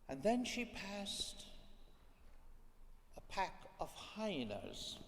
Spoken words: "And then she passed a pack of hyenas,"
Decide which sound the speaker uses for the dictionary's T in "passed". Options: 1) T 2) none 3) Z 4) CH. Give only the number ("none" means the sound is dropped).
1